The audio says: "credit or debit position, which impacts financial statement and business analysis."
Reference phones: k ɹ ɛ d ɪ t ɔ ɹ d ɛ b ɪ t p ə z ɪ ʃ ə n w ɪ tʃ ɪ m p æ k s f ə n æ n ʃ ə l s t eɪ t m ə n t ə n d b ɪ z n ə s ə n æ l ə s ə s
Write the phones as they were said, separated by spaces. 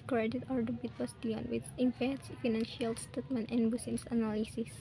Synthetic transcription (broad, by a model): k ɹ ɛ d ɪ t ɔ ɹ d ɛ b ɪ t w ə s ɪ ə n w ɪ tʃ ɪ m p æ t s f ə n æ n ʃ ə l s t eɪ t m ə n t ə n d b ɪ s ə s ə n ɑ l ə s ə s